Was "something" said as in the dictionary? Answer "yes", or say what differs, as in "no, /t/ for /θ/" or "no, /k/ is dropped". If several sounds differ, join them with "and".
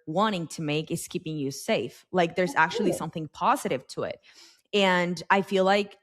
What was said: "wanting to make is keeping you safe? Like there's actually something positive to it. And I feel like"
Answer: yes